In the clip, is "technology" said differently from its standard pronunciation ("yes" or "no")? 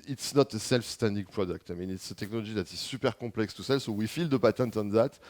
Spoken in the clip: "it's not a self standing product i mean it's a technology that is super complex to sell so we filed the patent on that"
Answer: yes